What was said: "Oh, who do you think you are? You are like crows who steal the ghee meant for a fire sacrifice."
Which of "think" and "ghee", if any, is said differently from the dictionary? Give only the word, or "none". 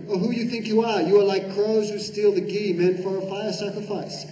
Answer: none